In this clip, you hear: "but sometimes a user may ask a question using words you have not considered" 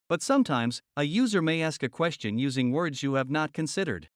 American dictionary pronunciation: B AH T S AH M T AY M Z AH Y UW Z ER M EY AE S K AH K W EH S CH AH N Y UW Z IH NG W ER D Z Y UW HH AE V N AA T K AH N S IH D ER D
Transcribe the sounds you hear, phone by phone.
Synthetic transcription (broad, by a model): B AH T S AH M T AY M Z AH Y UW Z ER M EY AE S K AH K W EH S CH AH N Y UW Z IH NG W ER D Z Y UW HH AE V N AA T K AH N S IH D ER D